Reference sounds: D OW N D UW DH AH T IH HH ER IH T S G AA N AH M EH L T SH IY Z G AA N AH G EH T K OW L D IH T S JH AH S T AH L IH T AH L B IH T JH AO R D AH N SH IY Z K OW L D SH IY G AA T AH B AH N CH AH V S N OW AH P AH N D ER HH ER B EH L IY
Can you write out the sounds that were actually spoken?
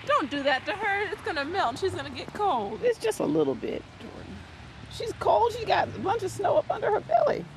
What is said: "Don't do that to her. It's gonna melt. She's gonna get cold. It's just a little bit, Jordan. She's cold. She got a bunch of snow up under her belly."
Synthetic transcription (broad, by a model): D OW N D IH DH AH T IH ER IH T S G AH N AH M EH L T SH IY Z G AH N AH G EH T K OW L D IH T S JH AH S T AH L IH T L B IH T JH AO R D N SH IY Z K OW L D SH IY G AA T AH B AH N CH AH V S N OW AH P AH N D ER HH ER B EH L IY